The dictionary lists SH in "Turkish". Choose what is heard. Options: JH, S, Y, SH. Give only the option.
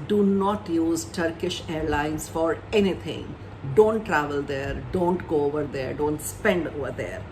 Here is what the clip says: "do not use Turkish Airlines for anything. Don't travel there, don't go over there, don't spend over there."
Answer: SH